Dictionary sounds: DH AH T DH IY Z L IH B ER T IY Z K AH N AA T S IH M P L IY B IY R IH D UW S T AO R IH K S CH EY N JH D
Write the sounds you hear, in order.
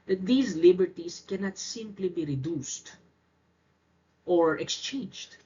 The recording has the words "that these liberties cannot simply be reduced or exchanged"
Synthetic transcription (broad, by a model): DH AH T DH IY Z L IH B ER T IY S K AH N AA T S IH M P L IY B IY R IH D UW S T AO R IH K S CH EY N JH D